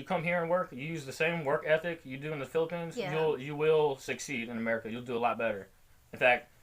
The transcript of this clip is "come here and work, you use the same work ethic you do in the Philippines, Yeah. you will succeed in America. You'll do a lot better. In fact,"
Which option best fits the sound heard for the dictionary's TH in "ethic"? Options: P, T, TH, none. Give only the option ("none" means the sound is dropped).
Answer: TH